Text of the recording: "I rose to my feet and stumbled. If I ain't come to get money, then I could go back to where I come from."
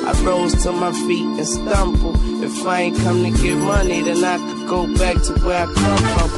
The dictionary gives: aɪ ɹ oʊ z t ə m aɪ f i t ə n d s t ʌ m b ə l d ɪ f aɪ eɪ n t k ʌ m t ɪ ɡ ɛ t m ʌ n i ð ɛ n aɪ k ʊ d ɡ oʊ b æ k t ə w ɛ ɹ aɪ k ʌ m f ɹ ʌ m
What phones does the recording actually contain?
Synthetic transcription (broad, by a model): aɪ ɹ oʊ z t ə m aɪ f i t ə n s t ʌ m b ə l ɪ f aɪ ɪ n k ʌ m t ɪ ɡ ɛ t m ʌ n i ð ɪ n aɪ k ɡ oʊ b æ k t ə w ɛ ɹ aɪ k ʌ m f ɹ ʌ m